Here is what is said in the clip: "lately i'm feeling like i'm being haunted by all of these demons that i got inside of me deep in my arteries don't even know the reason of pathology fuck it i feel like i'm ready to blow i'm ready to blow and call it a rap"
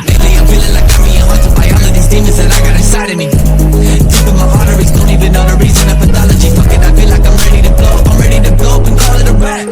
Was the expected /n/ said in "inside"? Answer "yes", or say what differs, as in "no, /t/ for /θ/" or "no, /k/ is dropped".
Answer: no, /n/ is dropped